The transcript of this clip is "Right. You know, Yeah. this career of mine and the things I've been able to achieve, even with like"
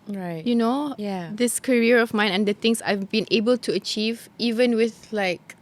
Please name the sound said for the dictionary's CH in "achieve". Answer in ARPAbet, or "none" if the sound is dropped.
CH